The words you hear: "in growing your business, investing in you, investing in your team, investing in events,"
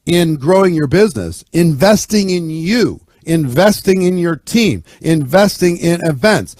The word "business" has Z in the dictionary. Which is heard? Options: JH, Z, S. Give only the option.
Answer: Z